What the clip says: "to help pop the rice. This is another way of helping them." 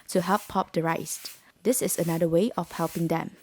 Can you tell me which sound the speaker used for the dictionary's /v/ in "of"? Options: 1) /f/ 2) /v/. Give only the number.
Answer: 1